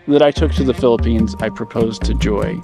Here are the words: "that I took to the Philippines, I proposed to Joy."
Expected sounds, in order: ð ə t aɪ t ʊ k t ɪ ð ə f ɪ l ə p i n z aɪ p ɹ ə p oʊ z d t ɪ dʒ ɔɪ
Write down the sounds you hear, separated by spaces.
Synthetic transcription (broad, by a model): ð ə t aɪ t ʊ k t ɪ ð ə f ɪ l ə p i n z aɪ p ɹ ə p oʊ z t ɪ dʒ ɔɪ